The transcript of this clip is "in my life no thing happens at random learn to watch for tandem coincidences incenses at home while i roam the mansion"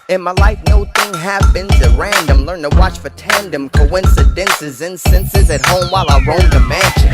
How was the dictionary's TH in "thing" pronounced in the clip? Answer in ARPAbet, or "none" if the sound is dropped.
TH